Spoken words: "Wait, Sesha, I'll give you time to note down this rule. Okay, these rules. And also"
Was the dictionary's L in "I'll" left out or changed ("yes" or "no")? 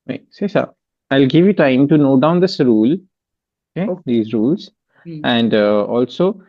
no